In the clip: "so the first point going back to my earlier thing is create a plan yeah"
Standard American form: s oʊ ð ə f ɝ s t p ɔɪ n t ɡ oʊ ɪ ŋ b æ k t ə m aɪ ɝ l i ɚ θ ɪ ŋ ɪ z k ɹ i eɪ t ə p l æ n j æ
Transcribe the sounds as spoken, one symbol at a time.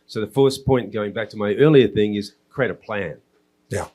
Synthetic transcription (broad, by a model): s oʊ ð ə f ɝ s p ɔɪ n ɡ oʊ ɪ ŋ b æ k t ə m aɪ ɝ l i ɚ θ ɪ ŋ ɪ z k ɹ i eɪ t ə p l æ n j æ